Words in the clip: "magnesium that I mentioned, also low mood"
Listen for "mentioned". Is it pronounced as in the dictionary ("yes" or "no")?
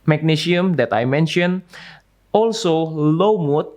no